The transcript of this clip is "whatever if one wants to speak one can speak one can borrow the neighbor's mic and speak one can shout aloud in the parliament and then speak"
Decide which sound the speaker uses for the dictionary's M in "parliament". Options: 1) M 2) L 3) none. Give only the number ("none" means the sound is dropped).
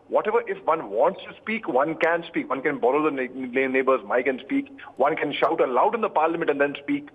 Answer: 1